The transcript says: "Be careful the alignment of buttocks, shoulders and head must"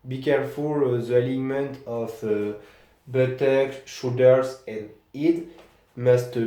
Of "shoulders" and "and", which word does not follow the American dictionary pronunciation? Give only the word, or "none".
shoulders